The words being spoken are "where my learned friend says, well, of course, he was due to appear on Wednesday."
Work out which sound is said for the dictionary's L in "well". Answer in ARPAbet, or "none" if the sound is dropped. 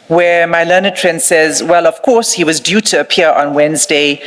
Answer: L